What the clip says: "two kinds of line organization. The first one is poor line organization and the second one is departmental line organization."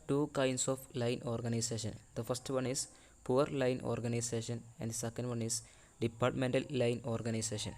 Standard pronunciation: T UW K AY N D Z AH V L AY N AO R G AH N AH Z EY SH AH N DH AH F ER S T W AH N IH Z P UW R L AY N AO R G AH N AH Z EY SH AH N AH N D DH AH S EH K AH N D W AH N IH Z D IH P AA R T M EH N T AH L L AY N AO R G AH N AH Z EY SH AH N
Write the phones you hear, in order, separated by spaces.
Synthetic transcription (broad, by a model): T UW K AY N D S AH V L AY N AO R G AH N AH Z EY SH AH N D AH F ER S T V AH N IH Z P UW R L AY N AO R G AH N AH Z EY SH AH N AH N D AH S EH K AH N D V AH N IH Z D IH P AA R T M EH N T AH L L AY N AO R G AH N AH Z EY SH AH N